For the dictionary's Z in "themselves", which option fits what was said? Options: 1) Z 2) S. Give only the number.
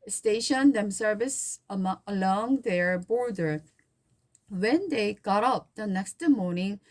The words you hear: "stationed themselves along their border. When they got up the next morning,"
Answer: 2